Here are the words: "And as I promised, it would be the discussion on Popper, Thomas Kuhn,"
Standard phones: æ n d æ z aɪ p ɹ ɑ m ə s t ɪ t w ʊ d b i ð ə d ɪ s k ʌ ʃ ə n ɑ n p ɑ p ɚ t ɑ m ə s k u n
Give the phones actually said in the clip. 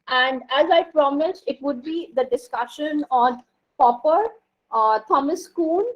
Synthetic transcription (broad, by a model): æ n d æ z aɪ p ɹ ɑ m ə s ɪ t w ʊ d b i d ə d ɪ s k ʌ ʃ ə n ɑ n p ɑ p ɚ t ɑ m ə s k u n